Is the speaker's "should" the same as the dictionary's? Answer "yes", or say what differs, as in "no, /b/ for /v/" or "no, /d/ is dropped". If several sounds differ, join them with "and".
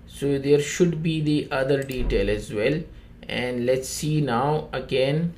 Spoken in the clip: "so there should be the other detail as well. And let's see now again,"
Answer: yes